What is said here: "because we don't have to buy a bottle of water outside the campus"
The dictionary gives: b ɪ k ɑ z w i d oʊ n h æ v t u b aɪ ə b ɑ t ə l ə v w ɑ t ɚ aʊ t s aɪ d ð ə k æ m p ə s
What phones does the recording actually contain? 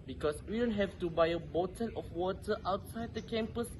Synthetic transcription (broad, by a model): b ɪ k ɑ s w i d oʊ n h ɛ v t u b aɪ ə b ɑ t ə n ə f w ɑ t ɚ aʊ t s aɪ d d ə k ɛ m p ə s